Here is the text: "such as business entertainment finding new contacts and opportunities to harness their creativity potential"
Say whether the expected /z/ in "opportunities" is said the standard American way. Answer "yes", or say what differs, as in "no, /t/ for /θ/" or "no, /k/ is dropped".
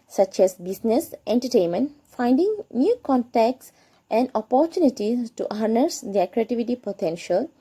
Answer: no, /z/ is dropped